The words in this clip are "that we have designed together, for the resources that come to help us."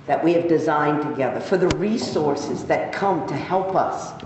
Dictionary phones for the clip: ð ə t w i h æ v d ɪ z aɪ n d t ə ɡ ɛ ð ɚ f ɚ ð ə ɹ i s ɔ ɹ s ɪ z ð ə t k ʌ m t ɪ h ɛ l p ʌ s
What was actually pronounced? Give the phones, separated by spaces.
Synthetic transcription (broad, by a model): ð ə t w i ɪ v d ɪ z aɪ n t ə ɡ ɛ ð ɚ f ɚ ð ə ɹ i s ɔ ɹ s ɪ z ð ə t k ʌ m t ɪ h ɛ l p ʌ s